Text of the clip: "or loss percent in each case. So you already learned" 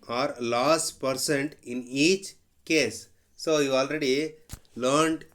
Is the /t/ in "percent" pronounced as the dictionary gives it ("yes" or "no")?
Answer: yes